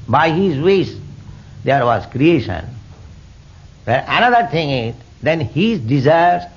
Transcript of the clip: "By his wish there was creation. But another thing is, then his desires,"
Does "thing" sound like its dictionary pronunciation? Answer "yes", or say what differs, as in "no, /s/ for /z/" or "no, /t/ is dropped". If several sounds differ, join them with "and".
no, /t/ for /θ/